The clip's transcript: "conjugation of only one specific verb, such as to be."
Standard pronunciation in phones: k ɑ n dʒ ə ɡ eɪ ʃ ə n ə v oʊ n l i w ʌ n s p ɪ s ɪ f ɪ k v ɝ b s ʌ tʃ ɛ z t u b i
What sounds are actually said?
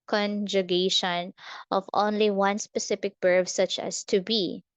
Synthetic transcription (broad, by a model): k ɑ n dʒ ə ɡ eɪ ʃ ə n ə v oʊ n l i w ʌ n s p ɪ s ɪ f ɪ k b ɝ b s ʌ tʃ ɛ s t u b i